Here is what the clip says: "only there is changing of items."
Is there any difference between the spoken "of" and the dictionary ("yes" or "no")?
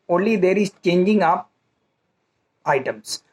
yes